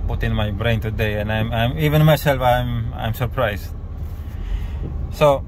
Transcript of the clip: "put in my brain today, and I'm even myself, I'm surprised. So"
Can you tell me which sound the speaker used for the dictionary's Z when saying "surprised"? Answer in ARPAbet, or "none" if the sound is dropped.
S